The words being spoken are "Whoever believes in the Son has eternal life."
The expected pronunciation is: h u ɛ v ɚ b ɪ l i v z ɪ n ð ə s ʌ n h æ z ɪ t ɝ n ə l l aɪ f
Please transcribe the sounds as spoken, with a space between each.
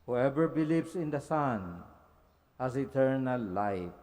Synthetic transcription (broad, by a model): h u ɛ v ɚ b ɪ l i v s ɪ n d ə s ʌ n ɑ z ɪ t ɝ n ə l l aɪ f